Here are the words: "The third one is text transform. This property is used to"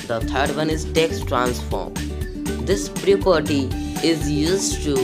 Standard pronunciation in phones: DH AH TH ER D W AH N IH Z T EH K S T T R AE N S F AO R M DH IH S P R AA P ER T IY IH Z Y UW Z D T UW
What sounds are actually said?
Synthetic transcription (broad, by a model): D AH T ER D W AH N IH Z T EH K S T T R AE N S F AO R M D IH S P R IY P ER T IY IH Z Y UW Z D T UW